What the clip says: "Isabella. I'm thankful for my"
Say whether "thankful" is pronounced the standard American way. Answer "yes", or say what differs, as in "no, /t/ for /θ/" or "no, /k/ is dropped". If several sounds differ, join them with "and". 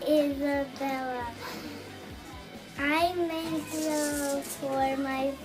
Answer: no, /f/ is dropped